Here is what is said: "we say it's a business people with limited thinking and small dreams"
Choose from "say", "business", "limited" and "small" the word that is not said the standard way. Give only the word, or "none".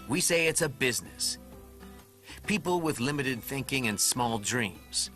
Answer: none